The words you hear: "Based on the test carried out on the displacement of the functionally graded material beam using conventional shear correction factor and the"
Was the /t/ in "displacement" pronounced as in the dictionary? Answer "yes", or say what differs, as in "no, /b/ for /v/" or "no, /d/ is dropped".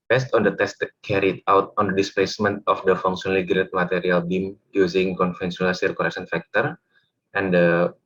yes